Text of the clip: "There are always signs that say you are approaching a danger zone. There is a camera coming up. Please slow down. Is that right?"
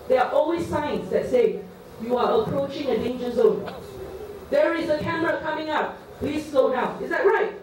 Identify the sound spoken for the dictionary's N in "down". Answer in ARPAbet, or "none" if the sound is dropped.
none